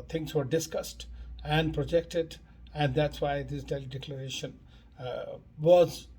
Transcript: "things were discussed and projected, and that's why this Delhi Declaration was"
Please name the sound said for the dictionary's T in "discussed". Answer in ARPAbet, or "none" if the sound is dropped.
T